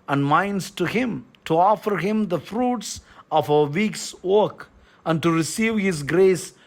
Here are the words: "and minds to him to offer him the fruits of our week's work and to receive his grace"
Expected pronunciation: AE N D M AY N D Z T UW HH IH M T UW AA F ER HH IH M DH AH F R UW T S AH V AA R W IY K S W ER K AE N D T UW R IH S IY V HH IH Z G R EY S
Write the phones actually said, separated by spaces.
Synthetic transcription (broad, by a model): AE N D M AY N D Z T UW HH IH M T UW AA F ER HH IH M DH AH F R UW T S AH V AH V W IY K S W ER K AE N D T UW R IH S IY V HH IH Z G R EY S